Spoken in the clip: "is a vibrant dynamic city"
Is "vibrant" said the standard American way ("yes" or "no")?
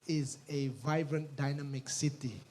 yes